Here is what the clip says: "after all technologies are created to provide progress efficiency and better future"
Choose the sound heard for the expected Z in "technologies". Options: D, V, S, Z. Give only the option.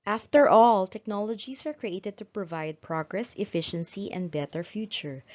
S